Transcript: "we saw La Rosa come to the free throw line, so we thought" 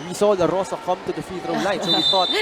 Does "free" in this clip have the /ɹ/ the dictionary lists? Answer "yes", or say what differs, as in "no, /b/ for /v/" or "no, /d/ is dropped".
no, /ɹ/ is dropped